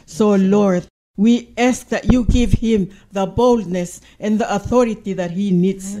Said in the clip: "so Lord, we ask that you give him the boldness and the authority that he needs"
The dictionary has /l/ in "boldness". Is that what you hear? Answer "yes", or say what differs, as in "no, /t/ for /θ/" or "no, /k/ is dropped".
yes